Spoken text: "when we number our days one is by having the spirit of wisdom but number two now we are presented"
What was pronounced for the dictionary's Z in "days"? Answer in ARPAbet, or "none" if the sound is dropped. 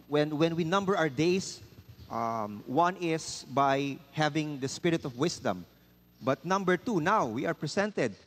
S